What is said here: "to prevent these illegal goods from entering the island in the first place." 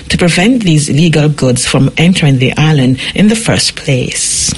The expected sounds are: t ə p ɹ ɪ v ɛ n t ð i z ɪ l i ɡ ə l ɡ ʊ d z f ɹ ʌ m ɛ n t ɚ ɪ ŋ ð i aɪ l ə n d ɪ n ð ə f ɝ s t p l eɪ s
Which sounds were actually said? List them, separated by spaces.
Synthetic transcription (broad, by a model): t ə p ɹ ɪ v ɛ n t ð i z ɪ l i ɡ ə l ɡ ʊ d z f ɹ ʌ m ɛ n t ɚ ɪ ŋ ð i aɪ l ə n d ɪ n ð ə f ɝ s p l eɪ s